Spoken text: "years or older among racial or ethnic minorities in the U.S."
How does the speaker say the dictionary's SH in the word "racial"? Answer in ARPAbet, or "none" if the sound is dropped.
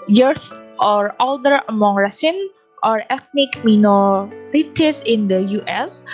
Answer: S